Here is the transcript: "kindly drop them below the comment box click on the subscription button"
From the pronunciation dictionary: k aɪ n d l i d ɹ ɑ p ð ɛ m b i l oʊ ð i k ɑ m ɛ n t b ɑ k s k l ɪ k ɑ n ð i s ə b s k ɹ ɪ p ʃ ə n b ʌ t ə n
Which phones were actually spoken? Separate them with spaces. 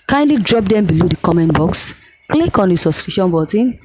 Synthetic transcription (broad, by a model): k aɪ n d l i d ɹ ɑ p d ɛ m b i l oʊ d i k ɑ m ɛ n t b ɑ k s k l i k ɑ n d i s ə s k ɹ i ʃ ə n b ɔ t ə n